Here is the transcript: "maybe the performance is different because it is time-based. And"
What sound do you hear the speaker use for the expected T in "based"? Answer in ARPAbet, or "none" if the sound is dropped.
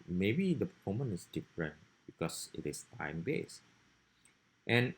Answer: T